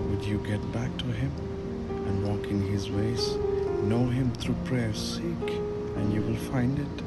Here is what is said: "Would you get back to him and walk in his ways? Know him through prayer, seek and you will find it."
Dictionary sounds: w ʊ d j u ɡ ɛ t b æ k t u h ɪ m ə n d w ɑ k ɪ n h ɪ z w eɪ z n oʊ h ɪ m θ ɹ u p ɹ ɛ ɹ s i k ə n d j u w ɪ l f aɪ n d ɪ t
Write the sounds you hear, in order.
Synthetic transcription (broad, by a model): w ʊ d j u ɡ ɛ t b æ k t u h ɪ m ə n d w ɑ k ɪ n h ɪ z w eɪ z n oʊ h ɪ m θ ɹ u p ɹ ɛ ɹ s i k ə n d j u w ɪ l f aɪ n d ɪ t